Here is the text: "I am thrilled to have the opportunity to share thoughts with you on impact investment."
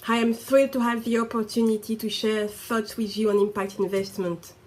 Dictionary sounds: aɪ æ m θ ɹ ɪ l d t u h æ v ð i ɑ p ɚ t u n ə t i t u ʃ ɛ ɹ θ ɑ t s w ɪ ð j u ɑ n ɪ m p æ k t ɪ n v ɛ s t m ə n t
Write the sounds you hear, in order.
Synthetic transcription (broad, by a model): aɪ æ m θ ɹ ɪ d t u h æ v ð i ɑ p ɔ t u n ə t i t u ʃ ɛ ɹ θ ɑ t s w ɪ ð j u ɑ n ɪ m p æ k t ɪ n v ɛ s t m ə n t